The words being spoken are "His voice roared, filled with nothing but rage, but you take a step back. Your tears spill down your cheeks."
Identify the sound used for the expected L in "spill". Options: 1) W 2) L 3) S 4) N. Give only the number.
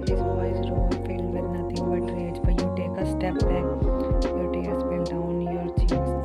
4